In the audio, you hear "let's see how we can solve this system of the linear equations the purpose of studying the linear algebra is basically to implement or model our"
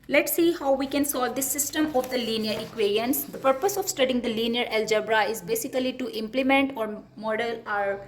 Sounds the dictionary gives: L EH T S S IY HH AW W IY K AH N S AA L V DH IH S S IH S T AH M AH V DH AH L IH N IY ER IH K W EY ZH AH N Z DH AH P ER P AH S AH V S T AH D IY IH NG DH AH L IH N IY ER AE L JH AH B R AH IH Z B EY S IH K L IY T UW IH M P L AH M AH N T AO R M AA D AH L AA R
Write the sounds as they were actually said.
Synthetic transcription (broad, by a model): L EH T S S IY HH AW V IY K AH N S AA L V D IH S S IH S T AH M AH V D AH L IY N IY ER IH K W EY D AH N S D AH P ER P AH S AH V S T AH D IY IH NG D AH L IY N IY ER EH L JH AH B R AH IH Z B EY S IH K L IY T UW IH M P L AH M AH N T AO R M AA D AH L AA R